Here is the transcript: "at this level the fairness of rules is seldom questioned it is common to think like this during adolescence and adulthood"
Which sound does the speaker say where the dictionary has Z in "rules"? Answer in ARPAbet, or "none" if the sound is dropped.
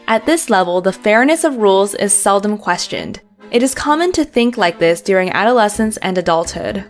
Z